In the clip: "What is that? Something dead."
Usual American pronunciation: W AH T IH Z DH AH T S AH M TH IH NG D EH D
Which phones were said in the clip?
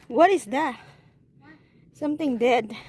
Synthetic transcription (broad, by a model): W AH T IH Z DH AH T S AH M T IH NG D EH D